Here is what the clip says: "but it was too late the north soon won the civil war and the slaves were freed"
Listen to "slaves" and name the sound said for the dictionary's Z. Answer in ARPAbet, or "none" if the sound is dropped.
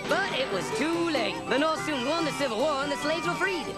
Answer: Z